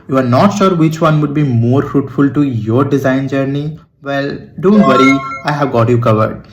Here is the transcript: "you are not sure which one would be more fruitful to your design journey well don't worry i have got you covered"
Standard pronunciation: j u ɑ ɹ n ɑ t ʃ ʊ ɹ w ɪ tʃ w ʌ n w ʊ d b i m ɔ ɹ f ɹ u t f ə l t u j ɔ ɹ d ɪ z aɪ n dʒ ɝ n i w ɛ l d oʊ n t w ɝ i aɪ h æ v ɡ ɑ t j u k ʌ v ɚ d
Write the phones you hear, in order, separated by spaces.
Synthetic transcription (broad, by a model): j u ɑ ɹ n ɑ t ʃ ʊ ɹ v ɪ tʃ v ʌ n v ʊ d b i m ɔ ɹ f ɹ u t f ə l t u j ɔ ɹ d ɪ z aɪ n dʒ ɝ n i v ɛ l d oʊ n t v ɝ i aɪ h æ v ɡ ɑ t j u k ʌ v ɚ d